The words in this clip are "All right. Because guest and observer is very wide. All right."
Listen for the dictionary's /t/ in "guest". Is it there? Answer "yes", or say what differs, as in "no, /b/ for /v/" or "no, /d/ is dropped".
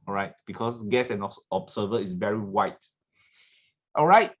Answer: no, /t/ is dropped